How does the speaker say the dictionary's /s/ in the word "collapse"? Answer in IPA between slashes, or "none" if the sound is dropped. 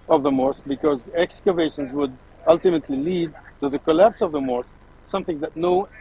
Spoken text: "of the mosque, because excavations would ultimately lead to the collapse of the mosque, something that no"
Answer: /s/